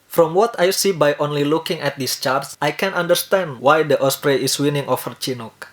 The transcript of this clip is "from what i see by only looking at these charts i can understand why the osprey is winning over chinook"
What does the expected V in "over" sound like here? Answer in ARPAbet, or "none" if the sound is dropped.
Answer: F